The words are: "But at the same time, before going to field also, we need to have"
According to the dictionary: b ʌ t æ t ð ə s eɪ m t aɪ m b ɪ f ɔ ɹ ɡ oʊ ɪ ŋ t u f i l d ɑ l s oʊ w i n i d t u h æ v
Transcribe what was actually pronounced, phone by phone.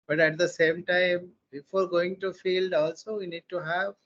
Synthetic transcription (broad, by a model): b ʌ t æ t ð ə s eɪ m t aɪ m b ɪ f ɔ ɹ ɡ oʊ ɪ ŋ t u f i l d ɑ l s oʊ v i n i d t u h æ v